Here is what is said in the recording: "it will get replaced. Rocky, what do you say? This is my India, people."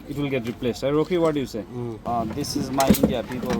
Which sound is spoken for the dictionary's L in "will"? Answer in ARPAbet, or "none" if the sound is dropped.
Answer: L